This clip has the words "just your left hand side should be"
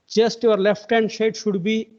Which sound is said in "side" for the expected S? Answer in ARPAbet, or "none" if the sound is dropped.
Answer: SH